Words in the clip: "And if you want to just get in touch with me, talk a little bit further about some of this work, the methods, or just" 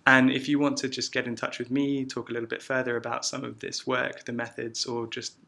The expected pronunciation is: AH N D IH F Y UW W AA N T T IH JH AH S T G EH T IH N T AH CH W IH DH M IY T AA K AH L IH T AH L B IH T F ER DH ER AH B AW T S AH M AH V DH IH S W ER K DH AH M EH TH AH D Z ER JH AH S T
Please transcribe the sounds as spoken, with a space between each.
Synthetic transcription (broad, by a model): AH N IH F Y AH W AA N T T IH JH AH S G EH T IH N T AH CH W IH DH M IY T AA K AH L IH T L B IH T F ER DH ER AH B AW T S AH M AH V DH IH S W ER K DH AH M EH TH AH D Z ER JH AH S T